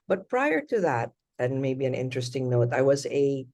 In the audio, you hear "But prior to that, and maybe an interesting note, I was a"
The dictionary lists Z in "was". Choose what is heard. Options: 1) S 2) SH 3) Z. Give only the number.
3